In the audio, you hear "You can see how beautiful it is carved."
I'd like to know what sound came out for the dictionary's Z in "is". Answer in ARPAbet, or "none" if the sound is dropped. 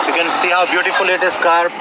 S